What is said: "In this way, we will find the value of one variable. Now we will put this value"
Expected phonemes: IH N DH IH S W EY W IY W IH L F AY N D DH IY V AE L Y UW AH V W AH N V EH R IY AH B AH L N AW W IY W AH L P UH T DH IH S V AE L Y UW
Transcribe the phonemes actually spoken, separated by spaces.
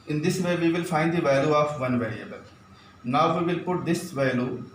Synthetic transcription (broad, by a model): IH N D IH S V EY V IY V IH L F AY N D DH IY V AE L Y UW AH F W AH N V EH R IY AH B AH L N AW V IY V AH L P UH T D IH S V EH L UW